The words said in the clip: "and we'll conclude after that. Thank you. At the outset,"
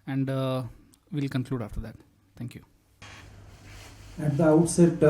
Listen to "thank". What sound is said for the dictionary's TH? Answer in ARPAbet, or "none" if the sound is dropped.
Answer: T